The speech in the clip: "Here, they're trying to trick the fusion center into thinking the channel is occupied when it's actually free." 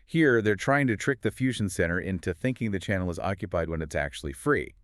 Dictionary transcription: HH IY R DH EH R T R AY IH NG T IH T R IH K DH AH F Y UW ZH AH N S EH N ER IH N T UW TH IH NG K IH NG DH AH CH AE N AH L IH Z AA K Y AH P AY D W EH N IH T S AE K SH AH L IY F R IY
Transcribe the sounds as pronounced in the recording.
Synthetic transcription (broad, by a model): HH IY R DH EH R T R AY IH NG T IH T R IH K DH AH F Y UW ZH N S EH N ER IH N T UW TH IH NG K IH NG DH AH CH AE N L IH Z AA K Y AH P AY D W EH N IH T S AE K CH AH L IY F R IY